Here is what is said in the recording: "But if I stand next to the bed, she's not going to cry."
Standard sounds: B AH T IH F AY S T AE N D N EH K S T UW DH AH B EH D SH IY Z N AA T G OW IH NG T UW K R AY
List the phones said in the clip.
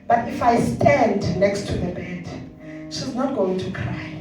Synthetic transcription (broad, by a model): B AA T IH F AY S T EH N D N EH K S T UW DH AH B EH D SH IY Z N AA T G OW IH NG T UW K R AY